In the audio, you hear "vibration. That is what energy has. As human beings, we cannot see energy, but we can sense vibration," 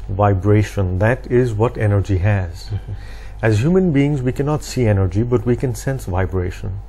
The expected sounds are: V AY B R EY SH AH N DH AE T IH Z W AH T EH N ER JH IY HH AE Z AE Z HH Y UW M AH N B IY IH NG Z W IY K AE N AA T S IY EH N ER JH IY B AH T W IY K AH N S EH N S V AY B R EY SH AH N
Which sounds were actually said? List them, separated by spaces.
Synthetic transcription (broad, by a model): V AY B R EY SH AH N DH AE T IH Z W AH T EH N ER JH IY HH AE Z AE Z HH Y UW M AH N B IY IH NG Z W IY K AE N AA T S IY EH N ER JH IY B AH T W IY K AH N S EH N S V AY B R EY SH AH N